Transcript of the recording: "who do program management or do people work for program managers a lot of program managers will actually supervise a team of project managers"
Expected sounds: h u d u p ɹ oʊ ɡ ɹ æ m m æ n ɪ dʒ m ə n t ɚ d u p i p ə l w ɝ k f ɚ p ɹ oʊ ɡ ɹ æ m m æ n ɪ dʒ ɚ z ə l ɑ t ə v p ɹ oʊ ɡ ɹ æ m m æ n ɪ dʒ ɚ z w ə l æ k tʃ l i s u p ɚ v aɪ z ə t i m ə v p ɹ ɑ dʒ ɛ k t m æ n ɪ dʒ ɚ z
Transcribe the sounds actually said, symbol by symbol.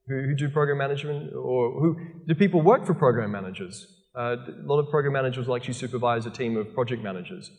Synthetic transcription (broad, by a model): h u d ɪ p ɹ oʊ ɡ ɹ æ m m æ n ɪ dʒ m ə n t ɚ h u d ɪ p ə l w ɝ k f ɚ p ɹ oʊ ɡ ɹ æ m m æ n ɪ dʒ ɚ z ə l ɑ t ə v p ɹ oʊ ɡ ɹ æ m m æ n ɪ dʒ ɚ z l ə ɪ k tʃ i s u p ɚ v aɪ z ə t i m ə v p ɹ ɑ dʒ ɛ k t m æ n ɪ dʒ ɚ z